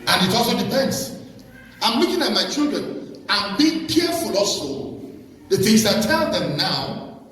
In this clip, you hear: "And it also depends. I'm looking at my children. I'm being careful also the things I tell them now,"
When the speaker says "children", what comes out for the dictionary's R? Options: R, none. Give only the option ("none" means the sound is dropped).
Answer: R